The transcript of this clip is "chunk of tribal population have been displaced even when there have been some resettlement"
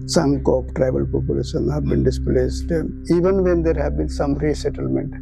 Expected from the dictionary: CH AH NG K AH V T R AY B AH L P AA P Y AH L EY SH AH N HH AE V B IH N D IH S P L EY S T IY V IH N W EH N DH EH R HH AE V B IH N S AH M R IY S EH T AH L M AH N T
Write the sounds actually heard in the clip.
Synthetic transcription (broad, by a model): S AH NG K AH P T R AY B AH L P AA P Y AH L EY SH AH N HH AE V B IH N D IH S P L EY S T IY V IH N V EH N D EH R HH AE V B IH N S AH M R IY S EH T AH L M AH N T